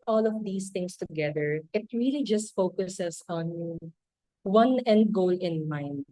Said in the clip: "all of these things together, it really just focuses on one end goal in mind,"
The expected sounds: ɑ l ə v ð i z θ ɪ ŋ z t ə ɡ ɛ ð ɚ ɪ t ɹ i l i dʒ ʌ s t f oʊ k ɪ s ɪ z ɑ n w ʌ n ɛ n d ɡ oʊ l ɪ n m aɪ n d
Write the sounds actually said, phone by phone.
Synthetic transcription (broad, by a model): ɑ l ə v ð i s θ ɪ ŋ s t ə ɡ ɛ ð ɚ ɪ t ɹ i l i dʒ ʌ s t f oʊ k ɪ s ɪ s ɑ n w ʌ n ɛ n d ɡ oʊ l ɪ n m aɪ n d